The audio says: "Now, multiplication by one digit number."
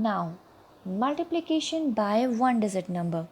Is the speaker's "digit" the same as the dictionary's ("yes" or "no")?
no